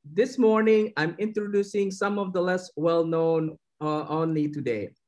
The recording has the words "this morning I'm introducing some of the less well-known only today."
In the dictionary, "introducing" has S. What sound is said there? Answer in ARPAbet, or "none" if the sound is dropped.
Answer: S